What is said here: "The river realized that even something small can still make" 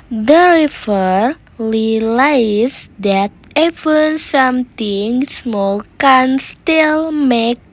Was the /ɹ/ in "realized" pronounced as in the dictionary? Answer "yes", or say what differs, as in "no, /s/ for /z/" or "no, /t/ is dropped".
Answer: no, /l/ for /ɹ/